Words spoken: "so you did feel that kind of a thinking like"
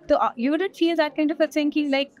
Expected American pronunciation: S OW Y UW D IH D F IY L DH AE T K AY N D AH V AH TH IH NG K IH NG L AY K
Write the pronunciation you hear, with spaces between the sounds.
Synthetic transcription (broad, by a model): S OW Y UW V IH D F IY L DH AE T K AY N D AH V AH S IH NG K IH L AY K